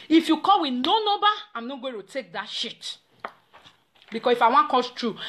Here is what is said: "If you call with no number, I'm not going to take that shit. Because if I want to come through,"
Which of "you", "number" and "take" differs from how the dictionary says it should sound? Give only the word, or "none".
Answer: number